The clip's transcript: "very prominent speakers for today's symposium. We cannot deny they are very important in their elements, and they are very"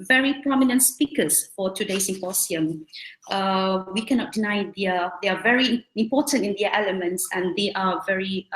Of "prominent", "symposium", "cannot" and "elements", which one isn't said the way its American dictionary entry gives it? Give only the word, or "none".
symposium